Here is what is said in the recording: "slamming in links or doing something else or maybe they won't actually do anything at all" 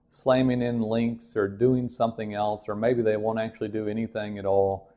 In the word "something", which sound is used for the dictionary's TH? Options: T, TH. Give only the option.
TH